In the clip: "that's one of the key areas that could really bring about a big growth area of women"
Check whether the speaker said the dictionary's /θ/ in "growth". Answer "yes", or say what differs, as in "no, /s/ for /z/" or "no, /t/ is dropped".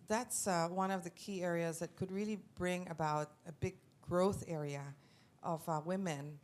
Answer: yes